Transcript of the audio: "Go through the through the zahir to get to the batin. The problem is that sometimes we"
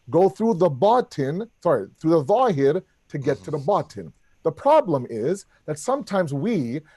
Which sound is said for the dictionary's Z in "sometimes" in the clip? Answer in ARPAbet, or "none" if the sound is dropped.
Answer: Z